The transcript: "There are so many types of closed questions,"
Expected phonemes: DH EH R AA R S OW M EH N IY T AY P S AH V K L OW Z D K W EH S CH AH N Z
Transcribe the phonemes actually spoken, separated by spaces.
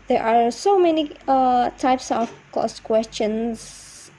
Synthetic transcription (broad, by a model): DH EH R AA R S OW M EH N IY T AY P S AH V K OW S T K W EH S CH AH N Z